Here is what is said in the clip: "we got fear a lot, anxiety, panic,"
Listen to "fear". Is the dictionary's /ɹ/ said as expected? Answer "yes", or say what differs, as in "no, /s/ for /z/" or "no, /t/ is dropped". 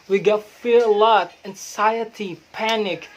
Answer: yes